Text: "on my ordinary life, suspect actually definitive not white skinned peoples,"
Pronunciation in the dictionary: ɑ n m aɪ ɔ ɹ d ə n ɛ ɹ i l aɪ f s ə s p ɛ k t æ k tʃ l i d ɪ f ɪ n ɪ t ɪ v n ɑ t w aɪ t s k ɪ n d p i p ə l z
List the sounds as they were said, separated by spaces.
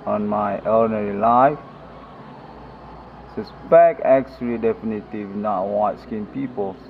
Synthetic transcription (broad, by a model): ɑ n m aɪ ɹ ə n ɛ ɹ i l aɪ f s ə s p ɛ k ɛ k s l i d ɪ f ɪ n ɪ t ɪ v n ɑ t w aɪ t s k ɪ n p i p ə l